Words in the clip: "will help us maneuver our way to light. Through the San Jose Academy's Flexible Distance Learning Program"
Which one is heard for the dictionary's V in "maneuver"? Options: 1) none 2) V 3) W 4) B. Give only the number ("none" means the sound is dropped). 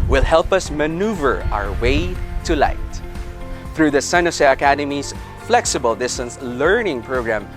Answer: 2